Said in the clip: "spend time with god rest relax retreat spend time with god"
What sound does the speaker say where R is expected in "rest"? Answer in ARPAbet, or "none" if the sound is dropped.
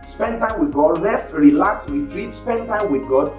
L